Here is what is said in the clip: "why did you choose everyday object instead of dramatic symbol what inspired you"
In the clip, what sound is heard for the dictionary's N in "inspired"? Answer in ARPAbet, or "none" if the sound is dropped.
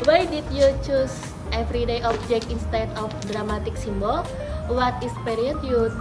none